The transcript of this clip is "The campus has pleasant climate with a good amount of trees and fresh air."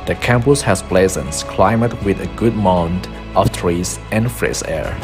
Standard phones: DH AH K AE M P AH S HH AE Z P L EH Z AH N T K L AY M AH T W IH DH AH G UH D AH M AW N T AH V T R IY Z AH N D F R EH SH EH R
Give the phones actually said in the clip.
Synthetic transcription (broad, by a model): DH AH K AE M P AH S HH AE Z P L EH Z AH N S K L AY M AH T W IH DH AH G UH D M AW N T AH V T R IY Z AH N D F R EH S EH R